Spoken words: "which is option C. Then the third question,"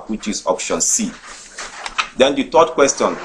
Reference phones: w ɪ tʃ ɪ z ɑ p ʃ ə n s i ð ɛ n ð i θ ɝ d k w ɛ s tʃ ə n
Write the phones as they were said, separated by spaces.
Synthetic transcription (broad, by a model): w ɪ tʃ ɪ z ɑ p ʃ ə n s i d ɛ n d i t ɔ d k w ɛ s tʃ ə n